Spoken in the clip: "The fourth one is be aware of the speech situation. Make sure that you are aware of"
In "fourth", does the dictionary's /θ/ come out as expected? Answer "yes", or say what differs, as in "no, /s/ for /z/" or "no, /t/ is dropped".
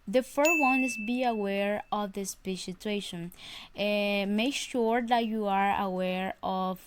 no, /s/ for /θ/